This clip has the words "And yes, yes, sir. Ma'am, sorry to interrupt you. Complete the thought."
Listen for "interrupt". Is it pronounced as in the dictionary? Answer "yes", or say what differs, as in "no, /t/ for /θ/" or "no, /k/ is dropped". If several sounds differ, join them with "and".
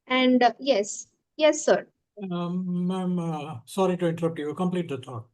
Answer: yes